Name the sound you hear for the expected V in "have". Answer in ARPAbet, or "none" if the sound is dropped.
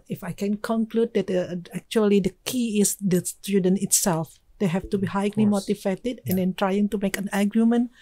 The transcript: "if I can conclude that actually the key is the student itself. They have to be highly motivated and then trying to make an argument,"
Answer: F